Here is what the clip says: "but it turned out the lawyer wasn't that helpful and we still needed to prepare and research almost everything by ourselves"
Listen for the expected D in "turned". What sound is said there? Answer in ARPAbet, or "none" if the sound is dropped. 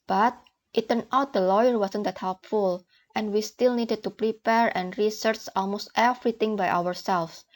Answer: none